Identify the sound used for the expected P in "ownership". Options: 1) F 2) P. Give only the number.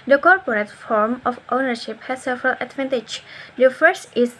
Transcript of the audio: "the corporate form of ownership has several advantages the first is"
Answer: 2